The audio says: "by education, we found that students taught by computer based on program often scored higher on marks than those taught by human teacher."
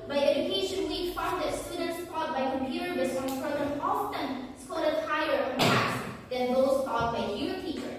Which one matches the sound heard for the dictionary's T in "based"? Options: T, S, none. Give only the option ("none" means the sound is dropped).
none